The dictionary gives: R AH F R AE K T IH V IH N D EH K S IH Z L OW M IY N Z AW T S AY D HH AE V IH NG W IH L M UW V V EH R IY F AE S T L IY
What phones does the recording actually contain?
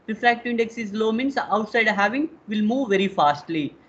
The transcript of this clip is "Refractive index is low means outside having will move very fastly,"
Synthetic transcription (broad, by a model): R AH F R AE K T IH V IH N D EH K S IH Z L OW M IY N S AW T S AY D HH AE V IH NG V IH L M UW V V EH R IY F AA S T L IY